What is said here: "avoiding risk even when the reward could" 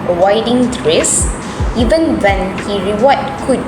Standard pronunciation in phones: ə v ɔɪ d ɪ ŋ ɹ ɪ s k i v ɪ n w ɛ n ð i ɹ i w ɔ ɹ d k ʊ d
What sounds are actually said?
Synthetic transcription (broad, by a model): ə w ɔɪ d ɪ ŋ ɹ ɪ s i v ɪ n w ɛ n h i ɹ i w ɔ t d k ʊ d